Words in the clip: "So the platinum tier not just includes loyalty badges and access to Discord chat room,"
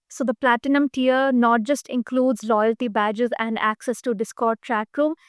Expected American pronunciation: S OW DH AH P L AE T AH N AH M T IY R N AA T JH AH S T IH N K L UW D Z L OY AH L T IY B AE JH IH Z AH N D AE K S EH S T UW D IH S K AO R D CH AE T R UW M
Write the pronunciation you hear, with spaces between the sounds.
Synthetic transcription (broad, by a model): S OW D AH P L AE T AH N AH M T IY R N AA T JH AH S T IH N K L UW D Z L OY AH L T IY B AE JH IH Z AH N D AE K S EH S T UW D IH S K AO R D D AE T R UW M